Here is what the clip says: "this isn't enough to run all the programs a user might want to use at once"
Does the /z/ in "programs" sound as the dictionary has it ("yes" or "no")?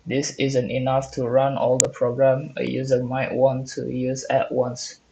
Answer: no